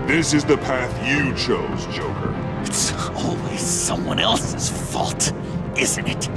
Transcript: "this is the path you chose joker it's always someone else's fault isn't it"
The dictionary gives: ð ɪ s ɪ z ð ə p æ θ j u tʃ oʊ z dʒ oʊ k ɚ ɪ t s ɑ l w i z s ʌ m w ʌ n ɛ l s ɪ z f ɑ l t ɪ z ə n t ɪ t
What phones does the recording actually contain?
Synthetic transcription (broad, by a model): ð ɪ s ɪ z ð ə p æ θ j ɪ tʃ oʊ z dʒ oʊ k ɚ ɪ t s ɑ l w i z s ʌ m w ʌ n ɛ l s ɪ z f ɑ l t ɪ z n t ɪ t